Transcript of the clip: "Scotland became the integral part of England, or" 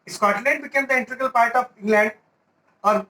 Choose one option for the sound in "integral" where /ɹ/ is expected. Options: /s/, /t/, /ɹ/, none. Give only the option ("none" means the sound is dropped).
none